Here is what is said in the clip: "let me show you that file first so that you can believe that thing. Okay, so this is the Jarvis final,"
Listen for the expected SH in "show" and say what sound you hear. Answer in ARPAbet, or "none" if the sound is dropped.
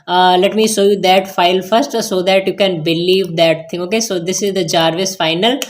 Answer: S